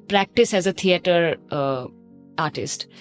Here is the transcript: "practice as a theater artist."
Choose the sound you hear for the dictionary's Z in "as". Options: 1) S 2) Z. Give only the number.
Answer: 2